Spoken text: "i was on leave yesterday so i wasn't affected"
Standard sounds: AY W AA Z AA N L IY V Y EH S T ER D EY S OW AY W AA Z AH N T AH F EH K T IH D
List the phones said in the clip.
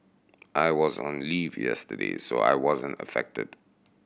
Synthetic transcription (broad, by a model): AY W AA Z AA N L IY V Y EH S T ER D EY S OW AY W AA Z AH N T AH F EH K T IH D